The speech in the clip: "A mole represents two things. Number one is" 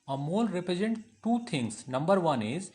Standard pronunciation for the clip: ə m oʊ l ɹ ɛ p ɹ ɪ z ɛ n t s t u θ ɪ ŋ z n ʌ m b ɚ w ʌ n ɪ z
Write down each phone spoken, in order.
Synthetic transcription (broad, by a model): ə m oʊ l ɹ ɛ p ɹ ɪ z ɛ n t t u t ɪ ŋ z n ʌ m b ɚ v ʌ n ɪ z